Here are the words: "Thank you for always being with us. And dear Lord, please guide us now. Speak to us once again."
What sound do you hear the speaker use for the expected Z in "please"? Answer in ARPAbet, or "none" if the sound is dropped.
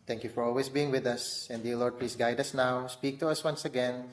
S